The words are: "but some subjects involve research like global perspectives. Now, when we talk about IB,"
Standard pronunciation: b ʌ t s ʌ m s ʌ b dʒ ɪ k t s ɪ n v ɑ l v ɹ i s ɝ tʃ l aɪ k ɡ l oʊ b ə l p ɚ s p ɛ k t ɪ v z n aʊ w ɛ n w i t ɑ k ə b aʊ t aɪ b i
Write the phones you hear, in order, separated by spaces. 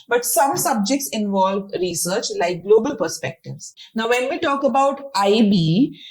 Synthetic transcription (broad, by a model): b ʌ t s ʌ m s ʌ b dʒ ɪ k t s ɪ n v ɑ l v ɹ i s ɝ tʃ l aɪ k ɡ l oʊ b ə l p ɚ s p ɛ k t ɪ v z n aʊ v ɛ n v i t ɑ k ə b aʊ t aɪ b i